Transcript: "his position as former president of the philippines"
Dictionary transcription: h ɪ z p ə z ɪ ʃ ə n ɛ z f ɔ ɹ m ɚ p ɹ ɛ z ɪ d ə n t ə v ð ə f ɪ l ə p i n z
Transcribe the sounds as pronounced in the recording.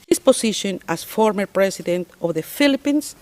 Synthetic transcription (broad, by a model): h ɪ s p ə s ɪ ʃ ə n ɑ s f ɔ ɹ m ɚ p ɹ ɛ s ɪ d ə n t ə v ð ə f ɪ l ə p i n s